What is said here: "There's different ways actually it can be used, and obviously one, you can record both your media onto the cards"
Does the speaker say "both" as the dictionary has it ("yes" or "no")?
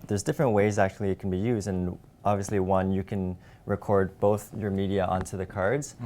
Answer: yes